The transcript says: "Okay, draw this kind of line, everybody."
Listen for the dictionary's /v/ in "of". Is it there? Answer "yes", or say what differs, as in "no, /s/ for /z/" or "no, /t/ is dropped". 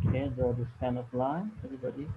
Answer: no, /p/ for /v/